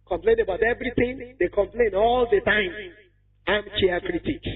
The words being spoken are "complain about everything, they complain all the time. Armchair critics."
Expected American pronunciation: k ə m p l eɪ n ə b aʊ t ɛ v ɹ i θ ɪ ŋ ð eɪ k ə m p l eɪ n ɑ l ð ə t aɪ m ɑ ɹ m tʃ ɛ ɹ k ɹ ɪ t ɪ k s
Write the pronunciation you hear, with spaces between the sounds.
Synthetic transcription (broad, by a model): k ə m p l eɪ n ə b aʊ t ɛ v ɹ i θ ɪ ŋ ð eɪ k ə m p l eɪ n ɑ l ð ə t aɪ m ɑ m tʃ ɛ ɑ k ɹ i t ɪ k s